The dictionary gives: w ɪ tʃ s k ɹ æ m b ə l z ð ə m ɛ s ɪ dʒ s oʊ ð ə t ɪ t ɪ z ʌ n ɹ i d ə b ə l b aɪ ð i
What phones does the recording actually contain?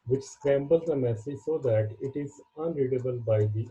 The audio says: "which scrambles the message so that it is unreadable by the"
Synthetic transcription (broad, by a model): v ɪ tʃ s k ɹ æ m b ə l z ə m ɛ s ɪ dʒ s oʊ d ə t ɪ t ɪ z ʌ n ɹ i d ə b ə l b aɪ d i